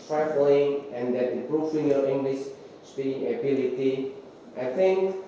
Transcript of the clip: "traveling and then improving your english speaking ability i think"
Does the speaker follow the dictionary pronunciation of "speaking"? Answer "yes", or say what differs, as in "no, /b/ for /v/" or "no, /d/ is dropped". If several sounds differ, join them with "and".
no, /k/ is dropped